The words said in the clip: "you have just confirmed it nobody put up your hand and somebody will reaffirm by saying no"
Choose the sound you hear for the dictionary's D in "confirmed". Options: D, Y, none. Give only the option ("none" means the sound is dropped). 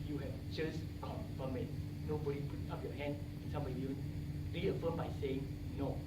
none